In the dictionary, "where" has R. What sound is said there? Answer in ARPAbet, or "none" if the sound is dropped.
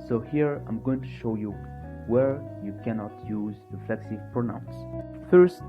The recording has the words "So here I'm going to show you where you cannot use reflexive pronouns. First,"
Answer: R